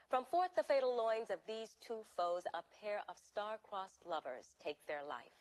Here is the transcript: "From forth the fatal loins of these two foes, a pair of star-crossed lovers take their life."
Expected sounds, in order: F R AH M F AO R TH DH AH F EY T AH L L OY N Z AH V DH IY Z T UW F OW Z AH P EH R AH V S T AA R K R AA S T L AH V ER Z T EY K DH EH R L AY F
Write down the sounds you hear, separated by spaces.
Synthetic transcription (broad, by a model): F R AH M F AO R TH DH AH F EY T L L OY N Z AH V DH IY Z T UW F OW Z AH P EH R AH V S T AA R K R AA S L AH V ER Z T EY K DH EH R L AY F